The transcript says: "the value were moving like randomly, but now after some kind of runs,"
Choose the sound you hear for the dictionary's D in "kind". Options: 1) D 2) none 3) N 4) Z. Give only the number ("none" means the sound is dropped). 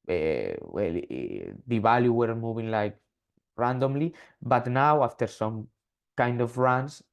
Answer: 1